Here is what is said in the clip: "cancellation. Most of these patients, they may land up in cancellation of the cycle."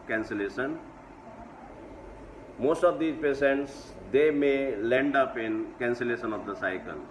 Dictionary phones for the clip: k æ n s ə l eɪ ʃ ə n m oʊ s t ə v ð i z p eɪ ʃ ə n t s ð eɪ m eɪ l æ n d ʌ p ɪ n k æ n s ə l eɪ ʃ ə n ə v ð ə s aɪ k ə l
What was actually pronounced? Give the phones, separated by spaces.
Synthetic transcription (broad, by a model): k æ n s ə l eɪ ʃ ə n m oʊ s t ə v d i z p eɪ s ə n t s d eɪ m eɪ l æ n d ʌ p ɪ n k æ n s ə l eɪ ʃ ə n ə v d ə s aɪ k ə l